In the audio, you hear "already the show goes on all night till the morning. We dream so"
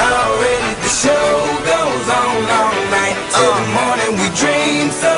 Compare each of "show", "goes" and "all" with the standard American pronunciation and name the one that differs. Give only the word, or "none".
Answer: all